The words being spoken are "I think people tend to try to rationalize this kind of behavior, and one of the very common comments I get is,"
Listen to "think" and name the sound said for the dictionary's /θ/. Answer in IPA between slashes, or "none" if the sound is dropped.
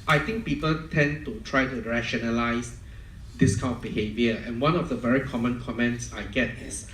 /t/